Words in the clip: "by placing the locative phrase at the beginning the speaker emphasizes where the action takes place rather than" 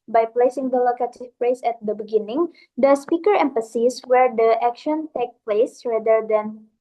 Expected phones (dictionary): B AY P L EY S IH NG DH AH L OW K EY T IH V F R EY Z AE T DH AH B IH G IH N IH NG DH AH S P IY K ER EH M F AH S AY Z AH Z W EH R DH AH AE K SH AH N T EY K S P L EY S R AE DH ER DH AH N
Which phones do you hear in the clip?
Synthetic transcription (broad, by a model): B AY P L EY S IH NG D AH L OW K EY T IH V P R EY S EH T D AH B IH G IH N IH NG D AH S P IY K ER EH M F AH S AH S W EH R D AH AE K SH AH N T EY K P L EY S R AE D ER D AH N